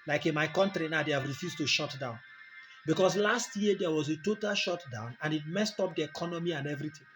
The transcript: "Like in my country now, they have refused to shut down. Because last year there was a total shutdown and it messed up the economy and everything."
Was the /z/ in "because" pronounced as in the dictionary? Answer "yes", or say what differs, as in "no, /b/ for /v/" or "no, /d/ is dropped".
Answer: no, /s/ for /z/